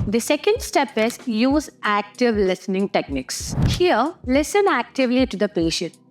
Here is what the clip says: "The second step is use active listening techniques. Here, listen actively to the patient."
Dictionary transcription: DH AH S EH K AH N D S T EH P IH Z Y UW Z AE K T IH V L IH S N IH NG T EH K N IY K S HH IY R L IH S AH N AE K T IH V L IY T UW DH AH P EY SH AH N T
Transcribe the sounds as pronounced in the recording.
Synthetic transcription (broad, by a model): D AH S EH K AH N D S T EH P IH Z Y UW Z AE K T IH V L IH S N IH NG T EH K N IY K S HH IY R L IH S AH N AE K T IH V L IY T UW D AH P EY SH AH N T